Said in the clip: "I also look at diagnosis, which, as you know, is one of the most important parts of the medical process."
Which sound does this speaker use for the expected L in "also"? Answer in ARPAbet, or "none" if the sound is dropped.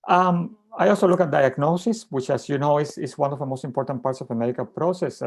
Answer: L